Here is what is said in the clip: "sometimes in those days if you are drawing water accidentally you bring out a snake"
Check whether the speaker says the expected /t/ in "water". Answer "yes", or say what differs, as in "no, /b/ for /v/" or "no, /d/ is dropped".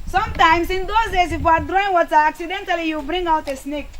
no, /s/ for /t/